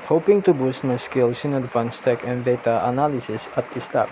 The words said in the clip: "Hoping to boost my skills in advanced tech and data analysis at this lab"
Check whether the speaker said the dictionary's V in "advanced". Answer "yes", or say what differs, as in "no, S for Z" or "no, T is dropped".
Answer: no, P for V